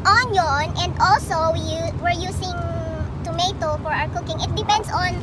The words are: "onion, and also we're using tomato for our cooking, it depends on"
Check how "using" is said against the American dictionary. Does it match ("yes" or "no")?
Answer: no